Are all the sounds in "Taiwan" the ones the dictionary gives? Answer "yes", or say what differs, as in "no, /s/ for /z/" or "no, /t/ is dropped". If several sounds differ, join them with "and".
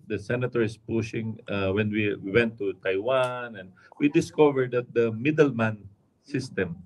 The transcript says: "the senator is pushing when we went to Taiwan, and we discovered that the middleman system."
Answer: yes